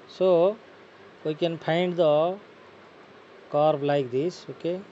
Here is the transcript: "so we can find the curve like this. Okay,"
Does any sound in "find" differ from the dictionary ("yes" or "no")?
yes